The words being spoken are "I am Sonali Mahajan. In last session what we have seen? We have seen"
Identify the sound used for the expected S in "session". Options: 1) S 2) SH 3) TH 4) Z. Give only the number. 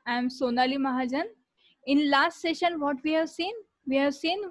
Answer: 1